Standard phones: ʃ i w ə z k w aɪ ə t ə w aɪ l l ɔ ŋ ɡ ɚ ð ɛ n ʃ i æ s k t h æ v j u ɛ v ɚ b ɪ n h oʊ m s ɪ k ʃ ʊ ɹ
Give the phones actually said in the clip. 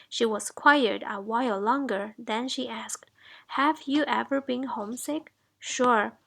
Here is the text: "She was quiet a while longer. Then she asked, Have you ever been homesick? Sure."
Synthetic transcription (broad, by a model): ʃ i w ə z k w aɪ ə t ə w aɪ l l ɔ ŋ ɡ ɚ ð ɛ n ʃ i æ s k t h æ v j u ɛ v ɚ b ɪ n h oʊ m s ɪ k ʃ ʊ ɹ